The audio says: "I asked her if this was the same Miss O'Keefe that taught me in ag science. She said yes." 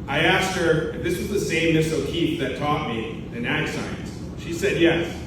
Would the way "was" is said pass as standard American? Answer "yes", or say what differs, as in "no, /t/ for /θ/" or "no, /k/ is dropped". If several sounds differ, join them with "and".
yes